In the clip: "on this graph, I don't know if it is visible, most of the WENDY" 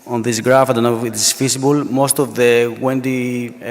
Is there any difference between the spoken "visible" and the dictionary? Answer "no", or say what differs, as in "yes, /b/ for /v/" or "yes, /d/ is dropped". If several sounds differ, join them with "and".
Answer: yes, /f/ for /v/